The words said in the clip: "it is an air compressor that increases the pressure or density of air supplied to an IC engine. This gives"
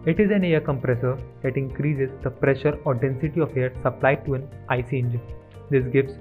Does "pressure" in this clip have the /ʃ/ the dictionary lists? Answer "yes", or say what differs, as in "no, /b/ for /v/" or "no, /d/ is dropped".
yes